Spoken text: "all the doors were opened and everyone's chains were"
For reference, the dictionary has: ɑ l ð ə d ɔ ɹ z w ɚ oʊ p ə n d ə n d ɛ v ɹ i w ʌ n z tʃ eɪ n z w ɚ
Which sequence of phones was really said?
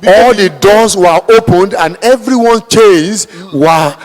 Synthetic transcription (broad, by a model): ɑ l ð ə d ɔ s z w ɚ oʊ p ə n d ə n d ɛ v ɹ i w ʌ n tʃ eɪ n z w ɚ